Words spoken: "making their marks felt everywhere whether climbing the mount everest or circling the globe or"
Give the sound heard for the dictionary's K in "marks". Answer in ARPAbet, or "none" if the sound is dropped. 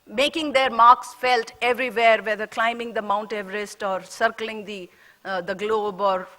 K